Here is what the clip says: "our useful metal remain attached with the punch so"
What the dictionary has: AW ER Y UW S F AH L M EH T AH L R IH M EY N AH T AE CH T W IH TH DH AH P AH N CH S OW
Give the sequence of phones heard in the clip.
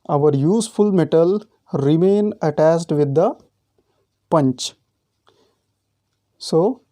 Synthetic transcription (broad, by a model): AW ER Y UW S F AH L M EH T AH L R IH M EY N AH T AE S T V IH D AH P AH N CH S OW